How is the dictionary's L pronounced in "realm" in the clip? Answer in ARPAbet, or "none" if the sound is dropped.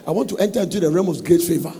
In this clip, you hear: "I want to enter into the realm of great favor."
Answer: none